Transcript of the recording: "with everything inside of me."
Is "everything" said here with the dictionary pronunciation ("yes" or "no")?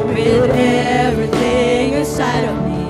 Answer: yes